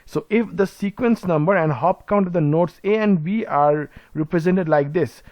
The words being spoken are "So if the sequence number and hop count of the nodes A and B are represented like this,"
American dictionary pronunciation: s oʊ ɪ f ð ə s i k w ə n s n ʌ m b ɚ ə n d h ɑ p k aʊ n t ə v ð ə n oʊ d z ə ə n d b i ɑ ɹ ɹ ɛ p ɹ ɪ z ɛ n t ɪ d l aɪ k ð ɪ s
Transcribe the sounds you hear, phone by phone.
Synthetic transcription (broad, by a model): s oʊ ɪ f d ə s i k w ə n s n ʌ m b ɚ ə n d h ɑ p k aʊ n t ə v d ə n oʊ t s ə ə n d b i ɑ ɹ ɹ ɛ p ɹ ɪ z ɛ n t ɪ d l aɪ k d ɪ s